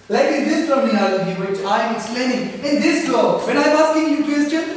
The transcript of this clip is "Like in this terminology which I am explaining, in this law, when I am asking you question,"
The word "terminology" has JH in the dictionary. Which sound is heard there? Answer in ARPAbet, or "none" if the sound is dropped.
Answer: none